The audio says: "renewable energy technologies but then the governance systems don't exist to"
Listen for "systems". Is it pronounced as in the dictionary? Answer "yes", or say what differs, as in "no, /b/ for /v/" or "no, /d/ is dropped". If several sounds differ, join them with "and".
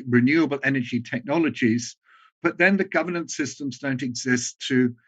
yes